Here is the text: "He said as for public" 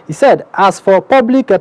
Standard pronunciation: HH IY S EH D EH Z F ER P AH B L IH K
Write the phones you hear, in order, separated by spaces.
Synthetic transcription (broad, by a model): HH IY S EH D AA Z F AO P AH B L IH K